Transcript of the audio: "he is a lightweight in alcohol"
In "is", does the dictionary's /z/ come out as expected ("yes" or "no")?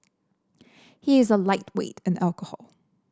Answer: yes